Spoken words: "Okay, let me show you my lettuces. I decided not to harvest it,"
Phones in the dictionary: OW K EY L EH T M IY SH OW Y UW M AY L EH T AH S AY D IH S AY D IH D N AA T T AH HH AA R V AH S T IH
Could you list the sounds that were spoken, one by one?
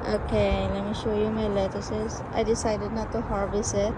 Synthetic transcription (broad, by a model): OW K EY L EH T M IY SH OW Y UW M AY L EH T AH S AY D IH S AY D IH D N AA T T AH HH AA R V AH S IH